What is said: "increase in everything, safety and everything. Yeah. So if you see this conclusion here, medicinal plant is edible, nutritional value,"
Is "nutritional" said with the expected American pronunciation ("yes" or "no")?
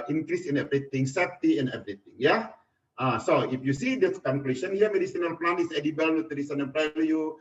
no